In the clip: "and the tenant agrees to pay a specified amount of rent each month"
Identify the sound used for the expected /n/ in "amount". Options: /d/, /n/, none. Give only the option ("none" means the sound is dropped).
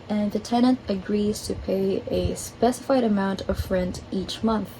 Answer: /n/